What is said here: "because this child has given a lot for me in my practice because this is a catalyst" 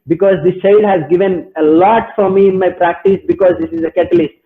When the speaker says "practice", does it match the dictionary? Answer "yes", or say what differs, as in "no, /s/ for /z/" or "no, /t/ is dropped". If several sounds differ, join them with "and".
yes